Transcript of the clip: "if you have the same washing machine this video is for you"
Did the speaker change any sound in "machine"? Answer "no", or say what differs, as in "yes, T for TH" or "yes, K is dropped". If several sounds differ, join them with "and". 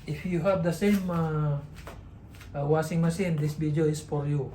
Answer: yes, S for SH